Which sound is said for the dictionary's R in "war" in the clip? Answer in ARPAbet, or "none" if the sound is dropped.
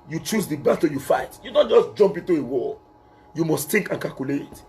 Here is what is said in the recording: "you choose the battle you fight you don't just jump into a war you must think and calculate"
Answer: L